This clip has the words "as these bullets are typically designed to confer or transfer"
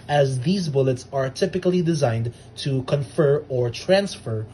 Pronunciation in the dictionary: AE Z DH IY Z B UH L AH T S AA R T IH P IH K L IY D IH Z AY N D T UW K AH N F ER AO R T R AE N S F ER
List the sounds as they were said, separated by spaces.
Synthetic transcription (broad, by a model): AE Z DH IY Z B UH L AH T S AA R T IH P IH K L IY D IH Z AY N D T UW K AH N F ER AO R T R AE N S F ER